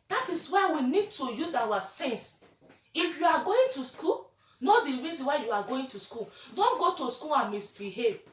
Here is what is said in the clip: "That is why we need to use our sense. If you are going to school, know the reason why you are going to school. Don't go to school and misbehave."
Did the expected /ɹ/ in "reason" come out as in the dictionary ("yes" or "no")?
yes